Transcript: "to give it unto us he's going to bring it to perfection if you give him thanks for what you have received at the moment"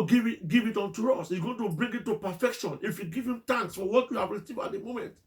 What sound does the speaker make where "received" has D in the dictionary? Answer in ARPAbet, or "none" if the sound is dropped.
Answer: none